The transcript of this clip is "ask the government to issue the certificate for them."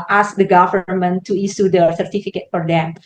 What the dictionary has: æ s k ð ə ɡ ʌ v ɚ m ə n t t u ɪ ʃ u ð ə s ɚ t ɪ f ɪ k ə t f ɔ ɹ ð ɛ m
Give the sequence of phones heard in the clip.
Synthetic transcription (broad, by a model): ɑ s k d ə ɡ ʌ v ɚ m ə n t t u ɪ s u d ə s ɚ t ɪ f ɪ k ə t f ɔ ɹ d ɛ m